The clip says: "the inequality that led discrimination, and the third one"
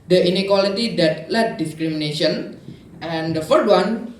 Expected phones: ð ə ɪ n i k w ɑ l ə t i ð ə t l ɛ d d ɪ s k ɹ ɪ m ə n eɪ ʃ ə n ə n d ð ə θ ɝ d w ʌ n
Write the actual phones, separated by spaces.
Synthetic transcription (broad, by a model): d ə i n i k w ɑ l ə t i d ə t l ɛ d d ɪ s k ɹ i m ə n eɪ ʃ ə n ə n d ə f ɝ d w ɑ n